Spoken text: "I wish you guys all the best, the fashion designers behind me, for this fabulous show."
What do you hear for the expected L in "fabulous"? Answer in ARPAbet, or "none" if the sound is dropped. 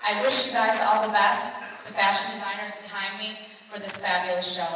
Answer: none